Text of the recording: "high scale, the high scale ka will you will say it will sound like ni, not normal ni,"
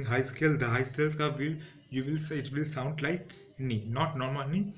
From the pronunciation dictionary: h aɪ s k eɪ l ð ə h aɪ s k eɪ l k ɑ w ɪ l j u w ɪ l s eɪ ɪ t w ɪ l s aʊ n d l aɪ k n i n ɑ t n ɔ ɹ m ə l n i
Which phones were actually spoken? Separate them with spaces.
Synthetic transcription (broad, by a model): h aɪ s k eɪ l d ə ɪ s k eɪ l k ɑ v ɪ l j u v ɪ l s ɪ t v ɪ l s aʊ n d l aɪ k n i n ɑ t n ɔ ɹ m ə l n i